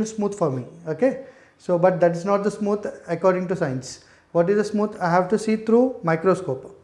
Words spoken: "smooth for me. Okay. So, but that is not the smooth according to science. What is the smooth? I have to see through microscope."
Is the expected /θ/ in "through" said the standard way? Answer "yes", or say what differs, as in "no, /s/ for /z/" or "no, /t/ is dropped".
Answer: no, /t/ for /θ/